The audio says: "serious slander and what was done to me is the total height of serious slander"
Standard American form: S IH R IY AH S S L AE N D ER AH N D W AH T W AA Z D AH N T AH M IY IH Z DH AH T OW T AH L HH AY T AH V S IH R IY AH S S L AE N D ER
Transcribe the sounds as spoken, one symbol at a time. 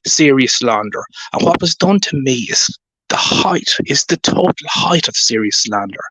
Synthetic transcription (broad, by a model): S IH R IY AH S S L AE N D ER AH N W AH T W AA Z D AH N T AH M IY IH Z DH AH T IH T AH L HH AY T AH V S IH R IY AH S S L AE N D ER